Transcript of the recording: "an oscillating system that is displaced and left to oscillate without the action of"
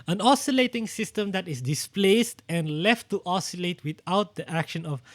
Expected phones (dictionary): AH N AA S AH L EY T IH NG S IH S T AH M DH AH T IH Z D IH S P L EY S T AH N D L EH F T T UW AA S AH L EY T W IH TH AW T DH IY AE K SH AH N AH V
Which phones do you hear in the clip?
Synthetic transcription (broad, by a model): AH N AA S AH L EY T IH NG S IH S T AH M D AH T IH S D IH S P L EY S T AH N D L EH F T T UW AA S AH L EY T W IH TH AW T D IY AE K SH AH N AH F